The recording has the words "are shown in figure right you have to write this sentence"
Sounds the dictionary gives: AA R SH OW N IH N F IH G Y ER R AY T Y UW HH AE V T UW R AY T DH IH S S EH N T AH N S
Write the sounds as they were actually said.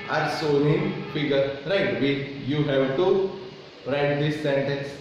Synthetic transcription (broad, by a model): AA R S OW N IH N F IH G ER R AY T Y UW HH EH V T UW R AY T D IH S S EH N T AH N S